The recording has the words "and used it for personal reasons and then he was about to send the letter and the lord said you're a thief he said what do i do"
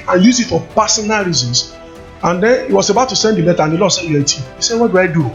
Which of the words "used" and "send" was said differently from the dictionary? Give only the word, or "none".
used